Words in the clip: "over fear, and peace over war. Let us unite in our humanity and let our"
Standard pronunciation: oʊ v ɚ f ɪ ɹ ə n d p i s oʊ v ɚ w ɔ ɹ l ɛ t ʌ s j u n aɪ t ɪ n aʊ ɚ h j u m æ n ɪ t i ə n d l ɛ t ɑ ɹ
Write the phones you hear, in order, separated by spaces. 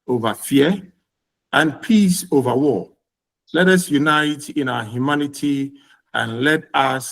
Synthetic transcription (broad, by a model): oʊ v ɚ f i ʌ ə n p i s oʊ v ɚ w ɔ l ɛ t ʌ s j u n aɪ t ɪ n aʊ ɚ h j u m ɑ n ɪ t i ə n l ɛ t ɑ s